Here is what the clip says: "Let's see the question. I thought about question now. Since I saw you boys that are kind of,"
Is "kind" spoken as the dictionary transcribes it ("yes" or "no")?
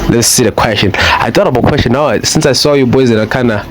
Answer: no